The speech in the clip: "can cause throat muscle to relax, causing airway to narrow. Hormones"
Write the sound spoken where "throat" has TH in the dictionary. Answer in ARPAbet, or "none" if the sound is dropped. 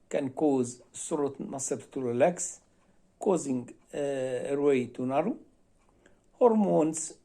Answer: S